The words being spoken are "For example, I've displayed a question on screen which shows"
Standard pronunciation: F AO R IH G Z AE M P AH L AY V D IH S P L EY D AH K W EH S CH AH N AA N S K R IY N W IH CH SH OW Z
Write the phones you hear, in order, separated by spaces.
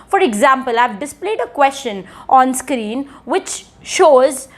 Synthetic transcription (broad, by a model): F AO R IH G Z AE M P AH L AY V D IH S P L EY D AH K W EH S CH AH N AA N S K R IY N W IH CH SH OW Z